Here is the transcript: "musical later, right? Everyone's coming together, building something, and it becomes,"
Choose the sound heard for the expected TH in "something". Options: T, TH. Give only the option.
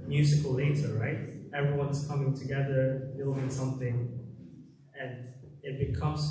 TH